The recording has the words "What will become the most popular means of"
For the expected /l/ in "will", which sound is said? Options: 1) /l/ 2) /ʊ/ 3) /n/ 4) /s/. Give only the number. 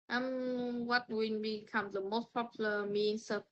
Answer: 3